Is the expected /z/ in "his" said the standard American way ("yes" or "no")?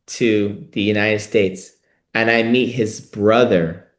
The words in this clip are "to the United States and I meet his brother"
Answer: yes